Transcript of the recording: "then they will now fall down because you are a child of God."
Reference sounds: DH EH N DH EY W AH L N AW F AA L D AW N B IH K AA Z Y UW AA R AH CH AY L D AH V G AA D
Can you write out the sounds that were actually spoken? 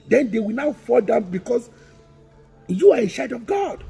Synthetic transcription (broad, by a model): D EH N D EY W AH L N AW F AA L D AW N B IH K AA S Y UW AA R AH SH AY D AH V G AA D